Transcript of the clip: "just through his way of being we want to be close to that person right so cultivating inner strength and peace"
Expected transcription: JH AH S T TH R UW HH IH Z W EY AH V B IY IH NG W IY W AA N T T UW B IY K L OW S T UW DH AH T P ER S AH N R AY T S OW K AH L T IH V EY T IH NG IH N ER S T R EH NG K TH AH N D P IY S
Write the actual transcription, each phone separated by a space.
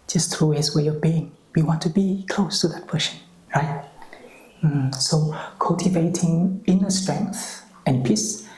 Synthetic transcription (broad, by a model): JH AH S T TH R UW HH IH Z W EY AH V B IY IH NG W IY W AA N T T UW B IY K L OW S T UW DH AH T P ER SH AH N R AY T S OW K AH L T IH V EY T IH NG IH N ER S T R EH NG K TH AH N P IY S